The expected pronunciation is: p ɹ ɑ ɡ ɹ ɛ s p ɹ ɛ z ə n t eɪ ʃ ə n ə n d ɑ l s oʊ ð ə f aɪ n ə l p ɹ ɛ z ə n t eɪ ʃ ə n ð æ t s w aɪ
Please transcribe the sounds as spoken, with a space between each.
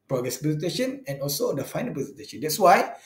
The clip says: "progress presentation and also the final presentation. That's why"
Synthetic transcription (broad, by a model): p ɹ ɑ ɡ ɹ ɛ s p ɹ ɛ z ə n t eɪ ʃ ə n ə n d ɑ l s oʊ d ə f aɪ n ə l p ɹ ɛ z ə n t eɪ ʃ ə n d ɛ t s w aɪ